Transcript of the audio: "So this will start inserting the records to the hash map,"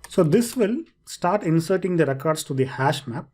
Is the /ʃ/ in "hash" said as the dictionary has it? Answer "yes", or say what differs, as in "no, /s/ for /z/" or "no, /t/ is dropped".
yes